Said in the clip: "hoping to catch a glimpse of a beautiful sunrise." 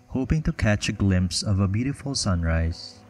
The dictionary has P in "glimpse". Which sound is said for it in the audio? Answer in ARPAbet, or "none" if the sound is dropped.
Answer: P